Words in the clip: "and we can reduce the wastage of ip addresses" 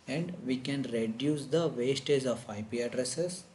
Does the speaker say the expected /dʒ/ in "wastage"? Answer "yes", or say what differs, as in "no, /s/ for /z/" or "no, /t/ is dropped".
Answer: no, /z/ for /dʒ/